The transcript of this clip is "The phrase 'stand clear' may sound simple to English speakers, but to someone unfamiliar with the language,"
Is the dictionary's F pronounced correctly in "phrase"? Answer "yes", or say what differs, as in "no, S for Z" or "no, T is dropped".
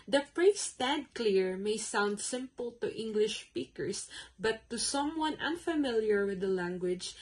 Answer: no, P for F